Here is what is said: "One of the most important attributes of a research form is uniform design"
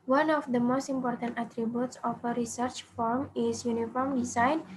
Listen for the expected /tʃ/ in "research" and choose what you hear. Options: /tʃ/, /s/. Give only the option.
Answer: /tʃ/